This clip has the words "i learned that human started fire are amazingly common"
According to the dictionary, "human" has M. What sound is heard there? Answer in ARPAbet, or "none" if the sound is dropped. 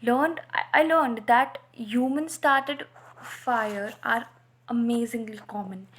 M